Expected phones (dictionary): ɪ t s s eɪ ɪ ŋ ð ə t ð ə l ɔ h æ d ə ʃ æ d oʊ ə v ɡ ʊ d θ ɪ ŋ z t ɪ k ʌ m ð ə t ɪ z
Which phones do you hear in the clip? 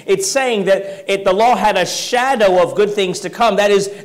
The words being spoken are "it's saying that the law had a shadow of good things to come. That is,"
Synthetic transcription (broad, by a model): ɪ t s s eɪ ɪ ŋ ð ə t ð ə l ɔ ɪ d ə ʃ æ d oʊ ə v ɡ ʊ d θ ɪ ŋ z t ɪ k ʌ m ð ə t ɪ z